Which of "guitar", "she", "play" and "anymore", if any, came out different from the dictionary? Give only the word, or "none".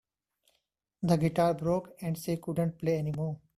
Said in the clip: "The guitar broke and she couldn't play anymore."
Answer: she